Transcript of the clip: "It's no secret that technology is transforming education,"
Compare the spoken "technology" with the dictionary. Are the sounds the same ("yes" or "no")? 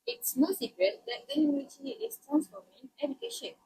no